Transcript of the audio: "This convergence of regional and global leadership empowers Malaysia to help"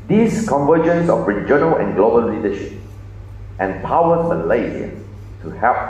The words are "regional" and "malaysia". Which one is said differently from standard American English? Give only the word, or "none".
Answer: malaysia